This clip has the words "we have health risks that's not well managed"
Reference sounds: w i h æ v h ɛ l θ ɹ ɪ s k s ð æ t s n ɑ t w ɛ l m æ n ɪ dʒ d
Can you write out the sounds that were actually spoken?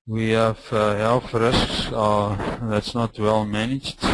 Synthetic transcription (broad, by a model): w i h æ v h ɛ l f ɹ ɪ s k s ð æ t s n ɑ t w ɛ l m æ n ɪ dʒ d